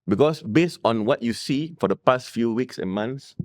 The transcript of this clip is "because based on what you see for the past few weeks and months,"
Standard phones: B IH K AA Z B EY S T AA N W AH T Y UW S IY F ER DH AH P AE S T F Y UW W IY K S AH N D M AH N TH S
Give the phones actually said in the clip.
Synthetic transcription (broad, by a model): B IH K AA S B EY S T AA N W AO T Y UW S IY F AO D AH P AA S T F Y UW W IY K S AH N M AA N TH S